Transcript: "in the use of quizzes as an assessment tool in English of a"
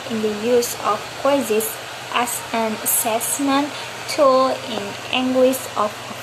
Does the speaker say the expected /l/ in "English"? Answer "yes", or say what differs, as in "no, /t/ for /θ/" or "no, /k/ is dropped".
no, /w/ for /l/